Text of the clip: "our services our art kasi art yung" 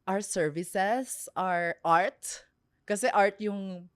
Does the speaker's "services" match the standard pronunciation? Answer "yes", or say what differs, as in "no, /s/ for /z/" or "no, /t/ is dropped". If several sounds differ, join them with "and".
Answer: no, /s/ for /z/